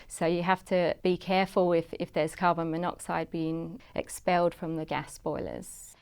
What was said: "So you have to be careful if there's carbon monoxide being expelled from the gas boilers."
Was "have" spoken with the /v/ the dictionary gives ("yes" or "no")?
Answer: no